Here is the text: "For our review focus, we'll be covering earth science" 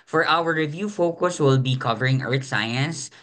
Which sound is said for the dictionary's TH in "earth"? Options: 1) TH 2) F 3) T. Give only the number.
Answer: 3